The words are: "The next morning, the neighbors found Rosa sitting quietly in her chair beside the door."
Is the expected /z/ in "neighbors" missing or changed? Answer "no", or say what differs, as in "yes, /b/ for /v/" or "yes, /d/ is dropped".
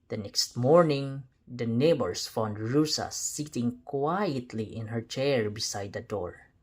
yes, /s/ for /z/